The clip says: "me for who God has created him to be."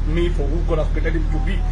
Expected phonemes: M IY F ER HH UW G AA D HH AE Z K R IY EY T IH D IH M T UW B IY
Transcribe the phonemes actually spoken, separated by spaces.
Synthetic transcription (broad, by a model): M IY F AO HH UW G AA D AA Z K IY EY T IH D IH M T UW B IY